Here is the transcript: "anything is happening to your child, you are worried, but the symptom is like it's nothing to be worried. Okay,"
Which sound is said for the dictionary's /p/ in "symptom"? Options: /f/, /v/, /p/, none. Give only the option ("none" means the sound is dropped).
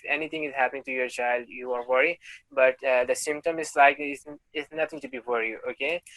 /p/